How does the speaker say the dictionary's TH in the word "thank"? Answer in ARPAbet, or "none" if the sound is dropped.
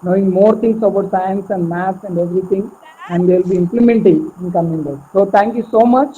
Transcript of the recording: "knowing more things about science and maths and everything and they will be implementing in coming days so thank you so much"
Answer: T